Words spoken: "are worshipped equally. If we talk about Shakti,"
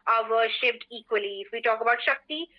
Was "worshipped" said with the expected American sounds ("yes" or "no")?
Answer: no